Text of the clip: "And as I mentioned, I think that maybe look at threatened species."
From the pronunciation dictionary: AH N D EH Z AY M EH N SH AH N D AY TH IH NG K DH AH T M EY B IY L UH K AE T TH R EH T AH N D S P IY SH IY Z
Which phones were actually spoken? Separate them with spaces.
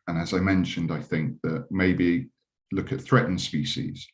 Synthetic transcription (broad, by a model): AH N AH Z AY M EH N SH AH N D AY TH IH NG K DH AH T M EY B IY L UH K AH T TH R EH T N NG S P IY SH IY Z